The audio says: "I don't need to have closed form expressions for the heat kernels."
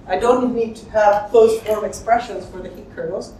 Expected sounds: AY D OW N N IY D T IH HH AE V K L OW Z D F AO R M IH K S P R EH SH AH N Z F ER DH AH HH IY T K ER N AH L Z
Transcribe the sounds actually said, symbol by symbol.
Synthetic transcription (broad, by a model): AY D OW N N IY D T IH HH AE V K OW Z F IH L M IH K S P R EH SH AH N Z F ER DH AH HH IY T K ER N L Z